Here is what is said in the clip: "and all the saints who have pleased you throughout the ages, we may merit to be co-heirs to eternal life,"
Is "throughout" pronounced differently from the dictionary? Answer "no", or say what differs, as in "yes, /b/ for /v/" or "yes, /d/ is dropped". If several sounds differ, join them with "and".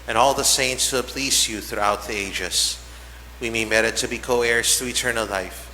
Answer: no